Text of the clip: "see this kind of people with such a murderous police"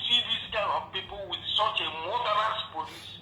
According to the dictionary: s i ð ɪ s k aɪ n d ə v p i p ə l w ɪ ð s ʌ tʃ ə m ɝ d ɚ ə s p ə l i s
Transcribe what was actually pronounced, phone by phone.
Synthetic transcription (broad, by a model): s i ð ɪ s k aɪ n ə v p i p ə l w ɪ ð s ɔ tʃ ə m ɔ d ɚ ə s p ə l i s